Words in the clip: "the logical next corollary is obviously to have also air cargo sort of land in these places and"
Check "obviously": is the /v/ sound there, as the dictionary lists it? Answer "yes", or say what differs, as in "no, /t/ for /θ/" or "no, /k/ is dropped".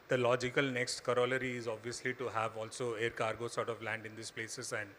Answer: yes